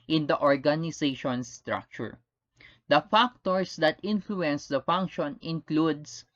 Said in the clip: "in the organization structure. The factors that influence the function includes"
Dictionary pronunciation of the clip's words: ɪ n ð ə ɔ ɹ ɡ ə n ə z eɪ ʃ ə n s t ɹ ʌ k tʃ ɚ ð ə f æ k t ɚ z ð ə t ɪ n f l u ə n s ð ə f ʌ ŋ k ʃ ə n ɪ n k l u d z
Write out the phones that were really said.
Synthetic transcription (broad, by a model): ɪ n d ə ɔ ɹ ɡ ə n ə s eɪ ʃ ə n s t ɹ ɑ k tʃ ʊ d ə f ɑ k t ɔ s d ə t ɪ n f l u ə n s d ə f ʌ ŋ k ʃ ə n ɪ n k l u d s